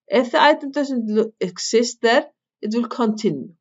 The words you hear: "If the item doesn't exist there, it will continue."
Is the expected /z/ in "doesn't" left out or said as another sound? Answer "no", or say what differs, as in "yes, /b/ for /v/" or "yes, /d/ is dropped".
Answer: yes, /s/ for /z/